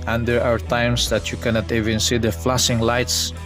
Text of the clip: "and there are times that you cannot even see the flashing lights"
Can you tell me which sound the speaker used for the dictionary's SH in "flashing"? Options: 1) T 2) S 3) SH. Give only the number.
2